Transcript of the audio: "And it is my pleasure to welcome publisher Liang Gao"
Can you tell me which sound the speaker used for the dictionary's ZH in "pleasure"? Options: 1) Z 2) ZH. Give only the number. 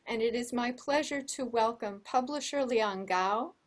2